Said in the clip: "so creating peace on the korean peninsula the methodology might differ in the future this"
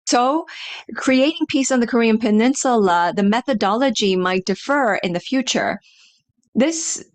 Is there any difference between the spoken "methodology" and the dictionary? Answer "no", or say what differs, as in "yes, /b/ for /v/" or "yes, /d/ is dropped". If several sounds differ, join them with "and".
no